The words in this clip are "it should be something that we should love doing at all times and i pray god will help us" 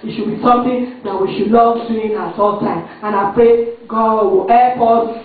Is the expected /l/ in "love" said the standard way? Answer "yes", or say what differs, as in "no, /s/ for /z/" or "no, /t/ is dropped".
no, /n/ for /l/